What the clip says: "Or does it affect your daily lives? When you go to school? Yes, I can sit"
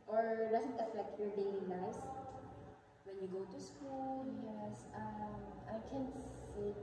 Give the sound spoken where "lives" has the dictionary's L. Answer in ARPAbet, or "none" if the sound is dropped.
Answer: N